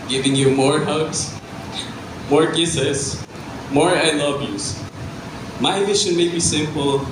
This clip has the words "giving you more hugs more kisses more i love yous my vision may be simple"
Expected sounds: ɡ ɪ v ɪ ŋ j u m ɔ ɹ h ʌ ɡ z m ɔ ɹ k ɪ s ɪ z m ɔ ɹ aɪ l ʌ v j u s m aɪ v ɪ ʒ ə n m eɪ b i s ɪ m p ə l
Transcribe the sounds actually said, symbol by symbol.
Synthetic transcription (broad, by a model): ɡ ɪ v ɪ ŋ j u m ɔ ɹ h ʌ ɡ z m ɔ ɹ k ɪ s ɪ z m ɔ ɹ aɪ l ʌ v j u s m aɪ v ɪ ʃ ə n m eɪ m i s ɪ m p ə l